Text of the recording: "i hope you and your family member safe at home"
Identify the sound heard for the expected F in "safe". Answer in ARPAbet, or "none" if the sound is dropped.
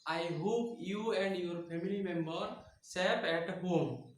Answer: P